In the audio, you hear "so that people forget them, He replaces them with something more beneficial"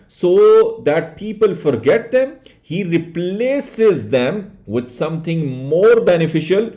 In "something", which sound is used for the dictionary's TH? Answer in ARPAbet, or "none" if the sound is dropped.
T